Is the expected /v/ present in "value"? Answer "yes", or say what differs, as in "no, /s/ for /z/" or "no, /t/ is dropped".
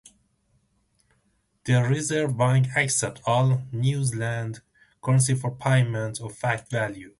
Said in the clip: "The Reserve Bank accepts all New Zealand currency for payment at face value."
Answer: yes